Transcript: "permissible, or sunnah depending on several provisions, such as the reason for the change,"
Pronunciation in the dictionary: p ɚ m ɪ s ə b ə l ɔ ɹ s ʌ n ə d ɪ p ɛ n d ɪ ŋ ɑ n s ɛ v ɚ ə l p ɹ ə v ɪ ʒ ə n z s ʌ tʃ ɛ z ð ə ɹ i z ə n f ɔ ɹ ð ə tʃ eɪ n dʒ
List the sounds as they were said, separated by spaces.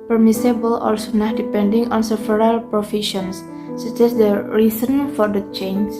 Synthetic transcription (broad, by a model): p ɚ m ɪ s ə b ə l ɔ l s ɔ n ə d ɪ p ɛ n d ɪ ŋ ɑ n s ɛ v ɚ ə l p ɹ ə f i ʃ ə n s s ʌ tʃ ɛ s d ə ɹ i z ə n f ɔ ɹ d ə tʃ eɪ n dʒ